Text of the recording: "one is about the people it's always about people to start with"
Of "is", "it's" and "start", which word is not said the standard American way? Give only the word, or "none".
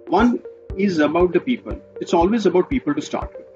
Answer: none